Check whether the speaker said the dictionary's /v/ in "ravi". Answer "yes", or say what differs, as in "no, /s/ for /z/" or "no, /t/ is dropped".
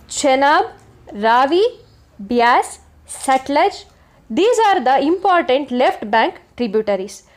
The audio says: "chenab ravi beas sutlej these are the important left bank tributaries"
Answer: yes